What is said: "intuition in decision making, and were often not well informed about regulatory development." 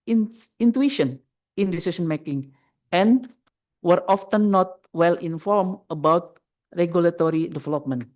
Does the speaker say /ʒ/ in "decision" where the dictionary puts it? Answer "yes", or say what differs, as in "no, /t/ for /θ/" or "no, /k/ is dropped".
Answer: no, /s/ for /ʒ/